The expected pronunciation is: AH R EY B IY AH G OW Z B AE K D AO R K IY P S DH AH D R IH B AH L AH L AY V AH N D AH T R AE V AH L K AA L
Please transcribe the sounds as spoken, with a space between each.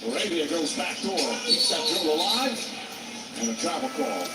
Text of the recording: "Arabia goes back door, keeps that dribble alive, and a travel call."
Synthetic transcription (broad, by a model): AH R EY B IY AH G OW Z B AE K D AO R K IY S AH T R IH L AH L AY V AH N AH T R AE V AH L K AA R